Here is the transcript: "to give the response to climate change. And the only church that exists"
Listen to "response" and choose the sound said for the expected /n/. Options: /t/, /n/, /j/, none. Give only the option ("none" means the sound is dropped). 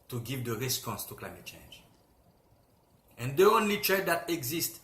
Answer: /n/